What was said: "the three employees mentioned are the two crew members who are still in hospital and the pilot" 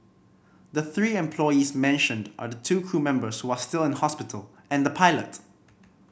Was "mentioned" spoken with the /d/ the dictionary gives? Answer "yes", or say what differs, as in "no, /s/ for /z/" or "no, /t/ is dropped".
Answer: yes